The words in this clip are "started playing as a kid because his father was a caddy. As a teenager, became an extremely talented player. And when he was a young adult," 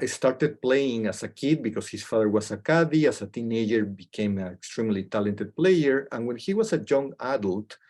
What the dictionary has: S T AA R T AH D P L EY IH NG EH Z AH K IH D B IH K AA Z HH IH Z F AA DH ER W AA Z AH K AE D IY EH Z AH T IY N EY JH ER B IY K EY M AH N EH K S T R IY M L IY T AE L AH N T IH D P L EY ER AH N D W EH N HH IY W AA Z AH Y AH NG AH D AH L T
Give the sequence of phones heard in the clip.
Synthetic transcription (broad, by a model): S T AA R T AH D P L EY IH NG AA S AH K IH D B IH K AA S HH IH S F AA DH ER W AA S AH K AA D IY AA S AH T IY N EY JH ER B IY K EY M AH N EH K S T R IY M L IY T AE L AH N T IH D P L EY ER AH N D W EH N HH IY W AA S AH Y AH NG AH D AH L T